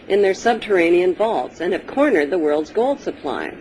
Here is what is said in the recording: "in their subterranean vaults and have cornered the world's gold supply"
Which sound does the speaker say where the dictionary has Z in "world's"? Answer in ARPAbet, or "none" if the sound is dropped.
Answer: Z